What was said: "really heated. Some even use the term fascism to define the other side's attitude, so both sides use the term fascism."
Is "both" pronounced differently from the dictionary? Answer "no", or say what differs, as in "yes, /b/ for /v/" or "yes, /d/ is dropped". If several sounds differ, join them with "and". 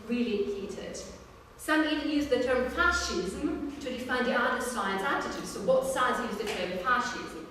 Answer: yes, /t/ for /θ/